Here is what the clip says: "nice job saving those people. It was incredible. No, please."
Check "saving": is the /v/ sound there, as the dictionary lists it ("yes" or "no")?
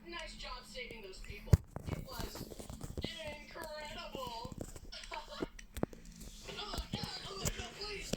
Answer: yes